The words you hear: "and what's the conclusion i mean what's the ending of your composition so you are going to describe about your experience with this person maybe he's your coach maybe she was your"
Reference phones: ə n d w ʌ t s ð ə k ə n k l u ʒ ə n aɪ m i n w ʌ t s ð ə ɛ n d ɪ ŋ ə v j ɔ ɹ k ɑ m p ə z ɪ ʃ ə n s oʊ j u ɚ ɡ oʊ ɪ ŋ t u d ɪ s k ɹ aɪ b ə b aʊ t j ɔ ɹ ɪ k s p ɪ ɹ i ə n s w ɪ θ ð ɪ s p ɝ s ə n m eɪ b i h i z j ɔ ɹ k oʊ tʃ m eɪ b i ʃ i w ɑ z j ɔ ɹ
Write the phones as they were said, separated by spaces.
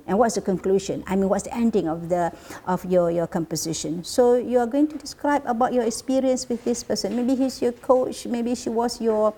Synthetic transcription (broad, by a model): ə n w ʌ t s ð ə k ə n k l u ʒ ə n aɪ m i n w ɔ t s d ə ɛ n d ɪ ŋ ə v j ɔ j k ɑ m p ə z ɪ ʃ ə n s oʊ j u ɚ ɡ oʊ ɪ ŋ t u d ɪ s k ɹ aɪ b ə b aʊ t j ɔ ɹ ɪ k s p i ɹ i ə n s w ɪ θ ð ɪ s p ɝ s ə n m eɪ b i h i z j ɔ k oʊ tʃ m eɪ b i ʃ i w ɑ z j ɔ